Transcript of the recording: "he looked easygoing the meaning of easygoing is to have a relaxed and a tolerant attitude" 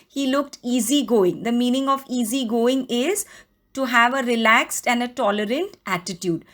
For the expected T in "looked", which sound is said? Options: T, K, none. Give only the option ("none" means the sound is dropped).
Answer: T